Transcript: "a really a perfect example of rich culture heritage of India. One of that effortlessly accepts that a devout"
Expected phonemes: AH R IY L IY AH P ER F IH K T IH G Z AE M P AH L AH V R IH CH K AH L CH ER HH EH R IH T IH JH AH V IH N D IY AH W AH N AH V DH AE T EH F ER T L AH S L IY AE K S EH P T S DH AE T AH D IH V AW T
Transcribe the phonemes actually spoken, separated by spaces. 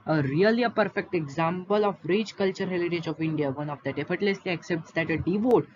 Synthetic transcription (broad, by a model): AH R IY L IY AH P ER F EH K T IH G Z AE M P AH L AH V R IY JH K AH L CH ER HH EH L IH T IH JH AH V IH N D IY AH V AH N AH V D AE T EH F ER T L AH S L IY AE K S EH P T S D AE T AH D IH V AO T